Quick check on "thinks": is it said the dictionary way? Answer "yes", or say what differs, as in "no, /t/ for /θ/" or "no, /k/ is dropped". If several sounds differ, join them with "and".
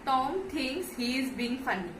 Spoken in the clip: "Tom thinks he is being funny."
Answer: no, /t/ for /θ/ and /k/ is dropped